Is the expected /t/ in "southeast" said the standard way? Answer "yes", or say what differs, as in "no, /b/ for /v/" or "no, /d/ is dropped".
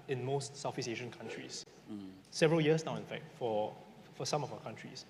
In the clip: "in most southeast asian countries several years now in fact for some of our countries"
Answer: no, /t/ is dropped